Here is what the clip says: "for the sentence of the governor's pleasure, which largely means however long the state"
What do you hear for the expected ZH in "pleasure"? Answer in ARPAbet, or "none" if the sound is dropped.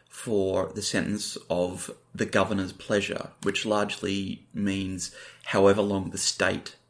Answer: ZH